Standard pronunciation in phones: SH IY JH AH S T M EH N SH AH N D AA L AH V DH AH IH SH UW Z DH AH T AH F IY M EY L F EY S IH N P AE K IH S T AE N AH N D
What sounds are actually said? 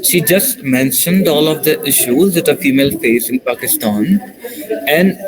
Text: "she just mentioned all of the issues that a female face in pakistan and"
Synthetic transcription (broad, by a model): SH IY JH AH S T M EH N SH AH N D AA L AH V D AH IH SH UW Z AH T AH F IY M EY L F EY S IH N P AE K IH S T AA N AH N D